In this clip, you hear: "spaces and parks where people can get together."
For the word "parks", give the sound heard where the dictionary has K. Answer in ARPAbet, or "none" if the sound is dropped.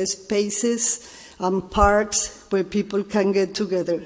K